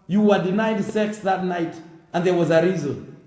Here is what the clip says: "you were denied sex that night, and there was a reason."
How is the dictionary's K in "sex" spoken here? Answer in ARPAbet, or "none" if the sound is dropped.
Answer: K